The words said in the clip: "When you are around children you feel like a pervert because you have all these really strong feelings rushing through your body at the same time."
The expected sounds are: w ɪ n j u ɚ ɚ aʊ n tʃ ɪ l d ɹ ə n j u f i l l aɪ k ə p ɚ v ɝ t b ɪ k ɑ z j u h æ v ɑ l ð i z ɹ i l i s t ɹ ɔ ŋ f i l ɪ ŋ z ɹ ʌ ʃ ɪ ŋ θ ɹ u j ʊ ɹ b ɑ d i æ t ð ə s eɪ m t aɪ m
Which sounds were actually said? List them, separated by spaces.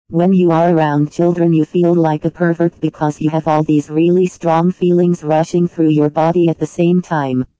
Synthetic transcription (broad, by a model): w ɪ n j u ɚ ɚ aʊ n tʃ ɪ l d ɹ ə n j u f i l l aɪ k ə p ɚ v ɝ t b ɪ k ɑ z j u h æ v ɑ l ð i z ɹ i l i s t ɹ ɔ ŋ f i l ɪ ŋ z ɹ ʌ ʃ ɪ ŋ θ ɹ u j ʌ ɹ b ɑ d i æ t ð ə s eɪ m t aɪ m